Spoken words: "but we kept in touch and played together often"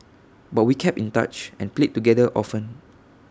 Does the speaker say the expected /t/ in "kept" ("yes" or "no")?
no